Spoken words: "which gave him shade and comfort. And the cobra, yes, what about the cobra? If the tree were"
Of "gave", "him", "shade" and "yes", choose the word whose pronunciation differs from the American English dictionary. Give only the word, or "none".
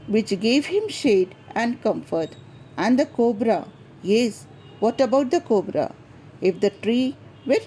none